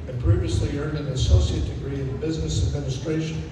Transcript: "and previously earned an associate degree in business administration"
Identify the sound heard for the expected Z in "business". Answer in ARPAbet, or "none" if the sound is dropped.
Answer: Z